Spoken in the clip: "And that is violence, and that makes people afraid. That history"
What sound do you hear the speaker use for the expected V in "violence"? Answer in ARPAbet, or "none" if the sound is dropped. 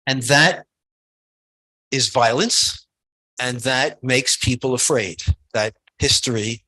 V